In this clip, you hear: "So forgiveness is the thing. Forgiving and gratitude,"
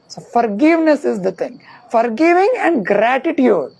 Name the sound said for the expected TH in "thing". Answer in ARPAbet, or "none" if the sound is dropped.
T